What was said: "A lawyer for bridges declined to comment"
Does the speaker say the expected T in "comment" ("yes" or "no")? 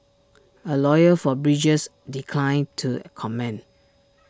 no